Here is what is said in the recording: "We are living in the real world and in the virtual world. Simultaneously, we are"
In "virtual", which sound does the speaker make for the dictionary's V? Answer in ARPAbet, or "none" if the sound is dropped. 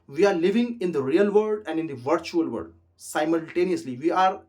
V